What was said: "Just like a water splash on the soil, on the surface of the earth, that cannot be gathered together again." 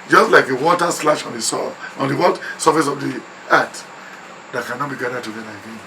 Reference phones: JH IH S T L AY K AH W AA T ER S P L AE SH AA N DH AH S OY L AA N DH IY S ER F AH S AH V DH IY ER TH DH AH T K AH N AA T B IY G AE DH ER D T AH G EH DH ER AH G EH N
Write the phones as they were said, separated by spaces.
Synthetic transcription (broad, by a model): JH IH S T L AY K AH W AA T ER S L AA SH AA N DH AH S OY AA N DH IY S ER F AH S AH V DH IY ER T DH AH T K AH N AA T B IY G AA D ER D T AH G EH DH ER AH G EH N